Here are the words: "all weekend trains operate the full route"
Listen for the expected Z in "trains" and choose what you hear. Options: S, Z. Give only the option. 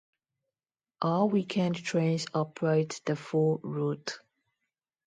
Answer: S